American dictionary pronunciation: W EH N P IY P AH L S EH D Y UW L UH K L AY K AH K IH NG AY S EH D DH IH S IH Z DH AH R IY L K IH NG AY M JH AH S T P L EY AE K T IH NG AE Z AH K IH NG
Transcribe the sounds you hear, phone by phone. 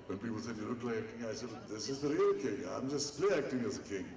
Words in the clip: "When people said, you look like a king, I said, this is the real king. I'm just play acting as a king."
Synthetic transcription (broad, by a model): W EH N P IY P AH L S EH D Y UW N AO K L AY AH K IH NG AY S EH D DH IH S IH Z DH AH R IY L K IH NG AY M JH AH S T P L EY AE K T IH NG AE Z AH K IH NG